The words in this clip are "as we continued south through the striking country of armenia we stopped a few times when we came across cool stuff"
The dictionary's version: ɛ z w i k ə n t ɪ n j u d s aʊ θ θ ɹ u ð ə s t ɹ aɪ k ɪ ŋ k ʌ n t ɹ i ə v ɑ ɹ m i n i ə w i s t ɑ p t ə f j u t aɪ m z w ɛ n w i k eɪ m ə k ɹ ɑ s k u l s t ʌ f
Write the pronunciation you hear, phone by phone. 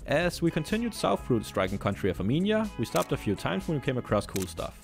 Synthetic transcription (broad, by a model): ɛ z w i k ə n t ɪ n j u d s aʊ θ f ɹ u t s t ɹ aɪ k ɪ ŋ k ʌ n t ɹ i ə v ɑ m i n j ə w i s t ɑ p t ə f j u t aɪ m z w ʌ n w i k eɪ m ə k ɹ ɑ s k u l s t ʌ f